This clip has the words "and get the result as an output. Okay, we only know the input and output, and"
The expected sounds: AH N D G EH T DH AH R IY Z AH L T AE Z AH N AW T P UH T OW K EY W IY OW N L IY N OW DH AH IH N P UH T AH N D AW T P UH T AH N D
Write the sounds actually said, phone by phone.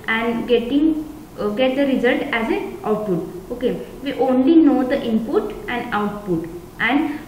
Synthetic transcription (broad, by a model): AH N D G EH T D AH R IY Z AH L T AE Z AH N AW T P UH T OW K EY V IY OW N L IY N OW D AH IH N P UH T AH N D AW T P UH T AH N D